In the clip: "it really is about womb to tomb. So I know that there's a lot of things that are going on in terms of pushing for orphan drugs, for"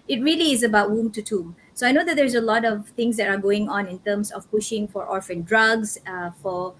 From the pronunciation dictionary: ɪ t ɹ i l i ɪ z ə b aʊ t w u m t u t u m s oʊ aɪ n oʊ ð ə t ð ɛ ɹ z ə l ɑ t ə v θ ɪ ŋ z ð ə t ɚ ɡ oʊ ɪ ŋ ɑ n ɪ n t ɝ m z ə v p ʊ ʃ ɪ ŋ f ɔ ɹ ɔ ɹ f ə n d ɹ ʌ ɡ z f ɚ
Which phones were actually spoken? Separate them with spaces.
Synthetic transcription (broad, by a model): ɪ t ɹ i l i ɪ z ə b aʊ t w u m t u t u m s oʊ aɪ n oʊ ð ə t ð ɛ ɹ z ə l ɑ t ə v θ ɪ ŋ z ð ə t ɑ ɡ oʊ ɪ ŋ ɑ n ɪ n t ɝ m s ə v p ʊ ʃ ɪ ŋ f ɔ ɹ ɔ ɹ f ə n d ɹ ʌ ɡ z f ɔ